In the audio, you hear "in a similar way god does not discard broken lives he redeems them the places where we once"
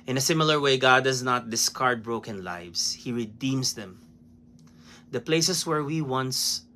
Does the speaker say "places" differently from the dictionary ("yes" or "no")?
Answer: yes